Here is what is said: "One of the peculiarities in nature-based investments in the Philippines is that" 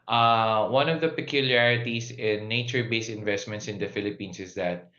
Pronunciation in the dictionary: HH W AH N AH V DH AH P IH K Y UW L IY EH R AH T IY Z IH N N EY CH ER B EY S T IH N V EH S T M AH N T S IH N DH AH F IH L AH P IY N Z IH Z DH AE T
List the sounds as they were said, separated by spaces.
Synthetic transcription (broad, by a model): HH W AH N AH V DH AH P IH K Y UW L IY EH R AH T IY S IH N N EY CH ER B EY S IH N V EH S T M AH N T S IH N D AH F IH L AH P IY N S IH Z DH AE T